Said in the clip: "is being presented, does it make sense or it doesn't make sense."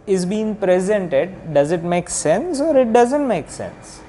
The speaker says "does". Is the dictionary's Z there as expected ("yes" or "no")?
yes